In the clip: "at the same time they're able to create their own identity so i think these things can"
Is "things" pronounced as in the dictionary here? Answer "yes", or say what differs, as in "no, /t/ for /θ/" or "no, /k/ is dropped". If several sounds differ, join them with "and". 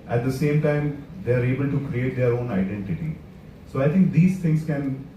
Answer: no, /t/ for /θ/